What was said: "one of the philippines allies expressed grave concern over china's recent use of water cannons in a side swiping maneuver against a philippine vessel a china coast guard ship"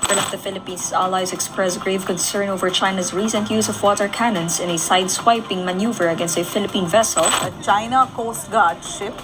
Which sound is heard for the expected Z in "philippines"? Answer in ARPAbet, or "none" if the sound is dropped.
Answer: S